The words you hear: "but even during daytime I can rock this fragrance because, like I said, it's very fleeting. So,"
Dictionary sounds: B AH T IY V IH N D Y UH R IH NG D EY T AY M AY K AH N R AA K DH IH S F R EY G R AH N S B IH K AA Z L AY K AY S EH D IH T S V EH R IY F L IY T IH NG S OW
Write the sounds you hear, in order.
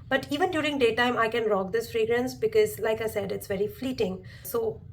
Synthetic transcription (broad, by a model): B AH T IY V IH N D Y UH R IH NG D EY T AY M AY K AH N R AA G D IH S F R EY G R AH N S B IH K AA Z L AY K AY S EH D IH T S V EH R IY F L IY T IH NG S OW